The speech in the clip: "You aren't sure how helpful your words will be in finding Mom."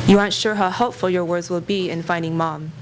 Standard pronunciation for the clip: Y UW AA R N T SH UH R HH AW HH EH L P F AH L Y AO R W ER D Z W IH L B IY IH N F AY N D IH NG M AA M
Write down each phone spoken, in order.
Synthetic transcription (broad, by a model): Y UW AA R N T SH UH R HH AW HH EH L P F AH L Y AO R W ER D Z W IH L B IY IH N F AY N D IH NG M AA M